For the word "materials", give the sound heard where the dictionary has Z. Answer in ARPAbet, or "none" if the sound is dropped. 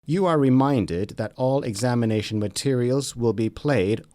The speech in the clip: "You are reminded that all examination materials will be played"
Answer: Z